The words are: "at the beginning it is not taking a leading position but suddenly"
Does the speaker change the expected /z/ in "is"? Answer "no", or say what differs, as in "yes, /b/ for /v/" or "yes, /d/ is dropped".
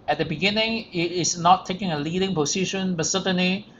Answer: yes, /s/ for /z/